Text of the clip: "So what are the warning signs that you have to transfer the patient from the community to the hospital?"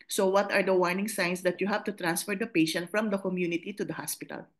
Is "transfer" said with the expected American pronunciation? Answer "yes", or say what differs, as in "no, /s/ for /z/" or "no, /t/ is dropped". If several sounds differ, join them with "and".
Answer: yes